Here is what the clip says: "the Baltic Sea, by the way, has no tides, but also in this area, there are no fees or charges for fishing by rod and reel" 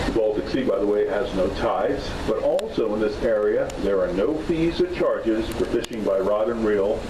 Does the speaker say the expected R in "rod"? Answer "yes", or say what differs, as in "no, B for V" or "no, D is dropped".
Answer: yes